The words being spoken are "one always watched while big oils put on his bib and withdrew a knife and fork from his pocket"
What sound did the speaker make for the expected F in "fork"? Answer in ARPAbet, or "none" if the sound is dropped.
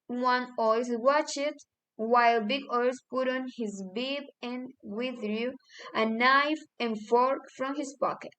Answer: F